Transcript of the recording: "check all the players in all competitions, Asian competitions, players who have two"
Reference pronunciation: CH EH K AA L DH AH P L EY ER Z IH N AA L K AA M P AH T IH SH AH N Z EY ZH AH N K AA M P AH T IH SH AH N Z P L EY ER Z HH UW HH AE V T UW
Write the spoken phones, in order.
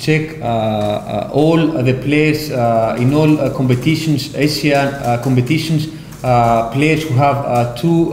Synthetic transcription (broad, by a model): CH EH K AA L DH AH P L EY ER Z IH N AA L K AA M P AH T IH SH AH N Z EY S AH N K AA M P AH T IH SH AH N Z P L EY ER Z HH UW HH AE V T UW